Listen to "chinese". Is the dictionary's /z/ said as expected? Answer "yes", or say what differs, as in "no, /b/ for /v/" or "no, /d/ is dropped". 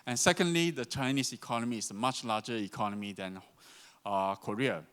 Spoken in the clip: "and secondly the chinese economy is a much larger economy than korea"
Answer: no, /s/ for /z/